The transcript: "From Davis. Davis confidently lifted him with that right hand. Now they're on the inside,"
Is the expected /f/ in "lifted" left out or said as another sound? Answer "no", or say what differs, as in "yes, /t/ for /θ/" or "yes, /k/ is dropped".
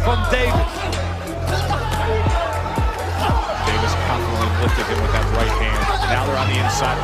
yes, /f/ is dropped